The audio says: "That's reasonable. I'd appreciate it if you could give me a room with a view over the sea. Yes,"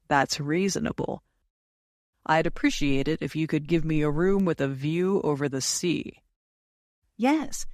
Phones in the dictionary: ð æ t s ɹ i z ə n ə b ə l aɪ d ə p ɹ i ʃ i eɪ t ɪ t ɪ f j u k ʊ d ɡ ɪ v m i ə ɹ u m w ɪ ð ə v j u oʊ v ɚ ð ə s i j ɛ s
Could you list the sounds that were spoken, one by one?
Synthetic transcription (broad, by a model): ð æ t s ɹ i z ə n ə b l aɪ d ə p ɹ i ʃ i eɪ t ɪ t ɪ f j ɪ k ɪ d ɡ ɪ v m i ə ɹ u m w ɪ ð ə v j u oʊ v ɚ ð ə s i j ɛ s